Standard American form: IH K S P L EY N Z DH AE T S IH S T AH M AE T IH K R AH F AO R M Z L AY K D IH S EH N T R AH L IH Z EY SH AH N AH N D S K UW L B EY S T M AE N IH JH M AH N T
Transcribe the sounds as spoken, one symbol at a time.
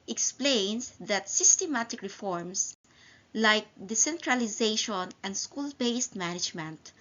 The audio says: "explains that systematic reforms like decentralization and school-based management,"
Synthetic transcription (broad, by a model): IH K S P L EY N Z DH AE T S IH S T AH M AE T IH K R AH F AO R M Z L AY K D IH S EH N T R AH L IH Z EY SH AH N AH N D S K UW L B EY S T M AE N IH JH M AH N T